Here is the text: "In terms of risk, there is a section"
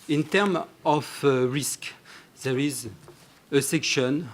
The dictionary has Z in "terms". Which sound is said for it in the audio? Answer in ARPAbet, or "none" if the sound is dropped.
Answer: none